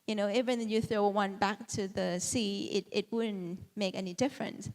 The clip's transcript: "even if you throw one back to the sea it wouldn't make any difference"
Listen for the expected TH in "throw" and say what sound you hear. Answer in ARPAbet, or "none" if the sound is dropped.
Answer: TH